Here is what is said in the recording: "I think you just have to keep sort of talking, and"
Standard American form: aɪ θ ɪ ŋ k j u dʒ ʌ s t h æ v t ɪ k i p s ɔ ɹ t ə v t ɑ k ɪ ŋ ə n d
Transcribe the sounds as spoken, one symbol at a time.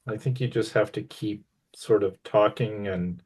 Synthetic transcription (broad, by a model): aɪ θ ɪ ŋ k j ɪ dʒ ʌ s t h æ f t ɪ k i p s ɔ ɹ t ə v t ɑ k ɪ ŋ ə n